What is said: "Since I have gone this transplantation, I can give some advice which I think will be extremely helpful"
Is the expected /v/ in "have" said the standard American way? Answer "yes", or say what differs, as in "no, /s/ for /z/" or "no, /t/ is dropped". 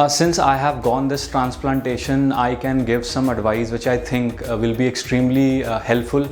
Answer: yes